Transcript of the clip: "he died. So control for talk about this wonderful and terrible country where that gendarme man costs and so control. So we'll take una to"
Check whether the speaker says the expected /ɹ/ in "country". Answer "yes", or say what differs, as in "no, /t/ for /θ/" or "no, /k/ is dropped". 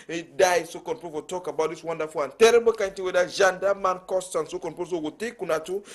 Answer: no, /ɹ/ is dropped